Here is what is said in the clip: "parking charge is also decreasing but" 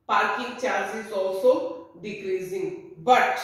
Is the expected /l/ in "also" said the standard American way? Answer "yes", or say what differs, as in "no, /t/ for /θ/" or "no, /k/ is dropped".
no, /l/ is dropped